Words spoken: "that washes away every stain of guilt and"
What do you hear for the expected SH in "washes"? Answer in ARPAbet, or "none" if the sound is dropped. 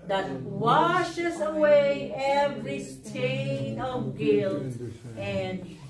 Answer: SH